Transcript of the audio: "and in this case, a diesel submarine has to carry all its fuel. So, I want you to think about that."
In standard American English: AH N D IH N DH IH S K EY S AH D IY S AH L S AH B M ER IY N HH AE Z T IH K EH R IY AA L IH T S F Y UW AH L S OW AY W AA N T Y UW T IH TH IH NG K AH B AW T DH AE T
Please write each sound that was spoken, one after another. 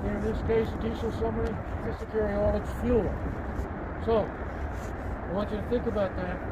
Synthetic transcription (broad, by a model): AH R IH N DH IH S K EY S AH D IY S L S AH M ER IY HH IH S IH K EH R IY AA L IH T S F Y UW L S OW AY W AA N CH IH T IH TH IH NG K AH B AW T DH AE T